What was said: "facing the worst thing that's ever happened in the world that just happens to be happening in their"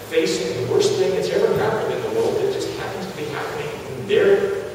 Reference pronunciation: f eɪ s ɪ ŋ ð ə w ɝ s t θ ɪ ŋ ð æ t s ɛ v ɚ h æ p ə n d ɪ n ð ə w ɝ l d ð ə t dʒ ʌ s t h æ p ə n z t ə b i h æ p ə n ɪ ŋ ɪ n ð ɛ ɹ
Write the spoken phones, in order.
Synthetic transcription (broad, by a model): f eɪ s ɪ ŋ ð ə w ɝ s t θ ɪ ŋ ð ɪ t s ɛ v ɚ h æ p ə n d ɪ n ð ə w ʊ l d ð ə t dʒ ʌ s t h æ p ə n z t ə b i h æ p ə n ɪ ŋ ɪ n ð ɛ ɹ